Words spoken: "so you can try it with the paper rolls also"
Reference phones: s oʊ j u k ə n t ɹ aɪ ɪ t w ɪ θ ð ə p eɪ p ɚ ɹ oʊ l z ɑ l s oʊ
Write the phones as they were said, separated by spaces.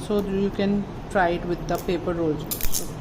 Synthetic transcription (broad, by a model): s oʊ j u k ə n t ɹ aɪ ɪ t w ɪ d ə p eɪ p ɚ ɹ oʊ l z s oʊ